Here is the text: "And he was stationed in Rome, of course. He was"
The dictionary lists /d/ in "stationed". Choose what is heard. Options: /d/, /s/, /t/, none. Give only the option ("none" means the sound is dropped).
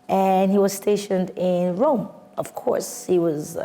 /d/